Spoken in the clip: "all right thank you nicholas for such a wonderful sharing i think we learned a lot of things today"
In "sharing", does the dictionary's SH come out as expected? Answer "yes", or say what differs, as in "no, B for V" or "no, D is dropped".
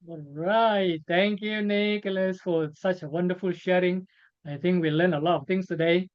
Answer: yes